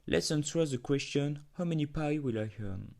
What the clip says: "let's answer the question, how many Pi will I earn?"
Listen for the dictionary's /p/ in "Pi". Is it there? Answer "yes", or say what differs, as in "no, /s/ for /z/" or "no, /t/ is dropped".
yes